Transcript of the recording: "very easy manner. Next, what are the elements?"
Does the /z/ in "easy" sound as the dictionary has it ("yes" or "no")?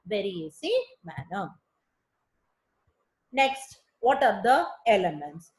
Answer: no